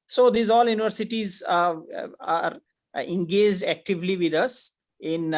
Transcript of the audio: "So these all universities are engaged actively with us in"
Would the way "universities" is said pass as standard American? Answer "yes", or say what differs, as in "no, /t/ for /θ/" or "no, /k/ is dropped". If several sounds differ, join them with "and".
yes